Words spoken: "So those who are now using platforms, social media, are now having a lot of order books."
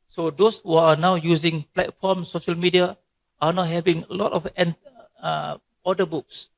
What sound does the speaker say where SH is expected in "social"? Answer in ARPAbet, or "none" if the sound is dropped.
SH